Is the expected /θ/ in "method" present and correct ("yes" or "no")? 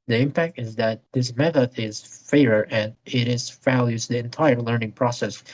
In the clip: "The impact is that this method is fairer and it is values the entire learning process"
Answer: yes